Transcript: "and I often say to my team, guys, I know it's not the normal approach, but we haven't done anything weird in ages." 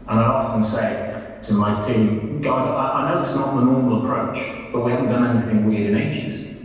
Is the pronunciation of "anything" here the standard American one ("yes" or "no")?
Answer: yes